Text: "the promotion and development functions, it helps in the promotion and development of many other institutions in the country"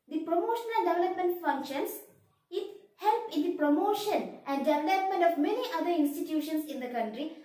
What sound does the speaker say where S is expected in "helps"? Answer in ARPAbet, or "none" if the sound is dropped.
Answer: none